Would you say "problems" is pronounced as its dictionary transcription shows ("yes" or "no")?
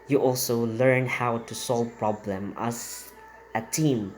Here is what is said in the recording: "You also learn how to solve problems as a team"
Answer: no